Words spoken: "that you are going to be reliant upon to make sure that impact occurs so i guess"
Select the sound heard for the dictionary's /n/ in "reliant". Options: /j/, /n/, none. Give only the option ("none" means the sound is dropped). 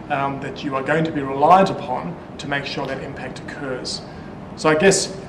none